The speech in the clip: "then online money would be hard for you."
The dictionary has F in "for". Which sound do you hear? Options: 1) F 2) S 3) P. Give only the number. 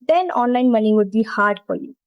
3